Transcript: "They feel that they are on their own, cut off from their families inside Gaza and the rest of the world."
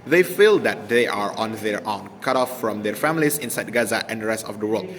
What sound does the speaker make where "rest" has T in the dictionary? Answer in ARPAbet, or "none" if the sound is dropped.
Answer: T